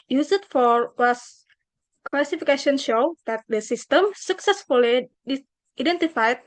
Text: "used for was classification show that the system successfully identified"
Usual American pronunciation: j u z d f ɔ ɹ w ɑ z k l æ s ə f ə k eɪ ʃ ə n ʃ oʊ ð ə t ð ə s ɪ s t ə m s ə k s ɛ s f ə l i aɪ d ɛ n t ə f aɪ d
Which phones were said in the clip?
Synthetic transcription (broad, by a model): j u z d f ɔ ɹ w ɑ s k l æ s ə f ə k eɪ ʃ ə n ʃ oʊ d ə t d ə s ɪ s t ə m s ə k s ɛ s f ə l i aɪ d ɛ n t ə f aɪ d